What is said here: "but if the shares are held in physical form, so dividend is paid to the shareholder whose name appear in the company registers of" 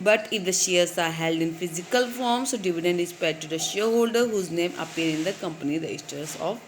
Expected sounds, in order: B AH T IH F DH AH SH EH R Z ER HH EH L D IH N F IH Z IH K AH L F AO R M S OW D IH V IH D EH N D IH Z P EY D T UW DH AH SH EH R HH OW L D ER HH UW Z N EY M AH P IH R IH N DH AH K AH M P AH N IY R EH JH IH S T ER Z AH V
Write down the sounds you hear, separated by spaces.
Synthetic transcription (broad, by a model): B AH T IH F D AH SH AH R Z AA HH EH L D IH N F IH Z IH K AH L F AO R M S OW D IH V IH D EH N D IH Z P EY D T UW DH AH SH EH HH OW L D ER HH UW Z N EY M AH P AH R IH N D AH K AH M P AH N IY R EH IH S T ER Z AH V